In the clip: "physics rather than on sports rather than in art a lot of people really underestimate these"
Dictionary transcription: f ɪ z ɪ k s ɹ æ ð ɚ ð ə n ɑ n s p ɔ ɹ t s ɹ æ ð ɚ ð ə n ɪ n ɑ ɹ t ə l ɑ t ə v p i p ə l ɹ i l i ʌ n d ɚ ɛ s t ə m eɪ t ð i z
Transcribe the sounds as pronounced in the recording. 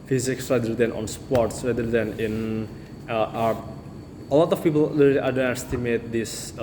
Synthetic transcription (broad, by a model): f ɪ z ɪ k s ɹ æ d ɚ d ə n ɑ n s p ɔ ɹ t s ɹ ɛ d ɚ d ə n ɪ n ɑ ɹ ə l ɑ t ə f p i p ə l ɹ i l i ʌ d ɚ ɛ s t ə m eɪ t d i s